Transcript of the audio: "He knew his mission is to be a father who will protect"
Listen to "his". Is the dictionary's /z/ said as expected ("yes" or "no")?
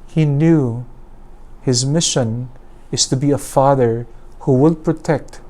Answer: yes